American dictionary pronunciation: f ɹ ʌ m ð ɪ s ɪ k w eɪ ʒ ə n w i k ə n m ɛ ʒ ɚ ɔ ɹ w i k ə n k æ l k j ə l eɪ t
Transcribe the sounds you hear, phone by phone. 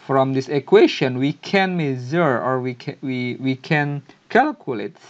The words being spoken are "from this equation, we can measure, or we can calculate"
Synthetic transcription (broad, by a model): f ɹ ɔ m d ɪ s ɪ k w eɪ ʃ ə n w i k ə n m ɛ z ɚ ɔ ɹ w i k ə n k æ l k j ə l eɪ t